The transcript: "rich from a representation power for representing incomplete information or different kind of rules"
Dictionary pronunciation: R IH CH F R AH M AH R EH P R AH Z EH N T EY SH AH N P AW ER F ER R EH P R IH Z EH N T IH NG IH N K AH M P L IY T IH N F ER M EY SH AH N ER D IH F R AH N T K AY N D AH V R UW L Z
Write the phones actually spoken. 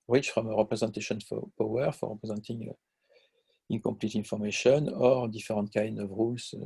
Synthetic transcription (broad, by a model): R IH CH F R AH M AH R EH P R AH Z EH N T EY SH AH N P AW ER F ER R EH P R IH Z EH N T IH NG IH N K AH M P L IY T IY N F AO M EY SH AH N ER D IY F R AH N T K AY N D AH V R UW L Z